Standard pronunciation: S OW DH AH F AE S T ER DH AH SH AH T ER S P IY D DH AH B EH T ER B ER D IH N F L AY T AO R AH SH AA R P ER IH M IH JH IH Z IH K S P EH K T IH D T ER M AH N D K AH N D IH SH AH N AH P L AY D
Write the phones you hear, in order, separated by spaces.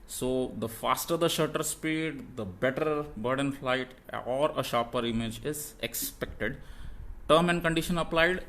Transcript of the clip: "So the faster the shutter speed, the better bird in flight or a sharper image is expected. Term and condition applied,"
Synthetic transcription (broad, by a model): S OW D AH F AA S T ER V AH SH AH T ER S P IY D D AH B EH T ER B ER D IH N F L AY T AO R AH SH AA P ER IH M IH JH IH Z IH K S P EH K T IH D T ER M AH N D K AH N D IH SH AH N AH P L AY D